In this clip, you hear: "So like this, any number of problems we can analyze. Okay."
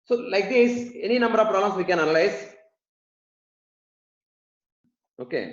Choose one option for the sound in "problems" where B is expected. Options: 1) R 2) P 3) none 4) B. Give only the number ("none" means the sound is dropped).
3